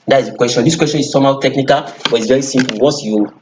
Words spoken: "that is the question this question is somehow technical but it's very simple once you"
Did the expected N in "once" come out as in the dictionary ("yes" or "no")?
no